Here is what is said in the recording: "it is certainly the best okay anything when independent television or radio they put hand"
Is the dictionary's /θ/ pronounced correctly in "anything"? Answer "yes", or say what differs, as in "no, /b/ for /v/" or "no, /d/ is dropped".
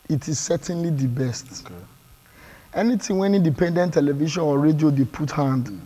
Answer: no, /t/ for /θ/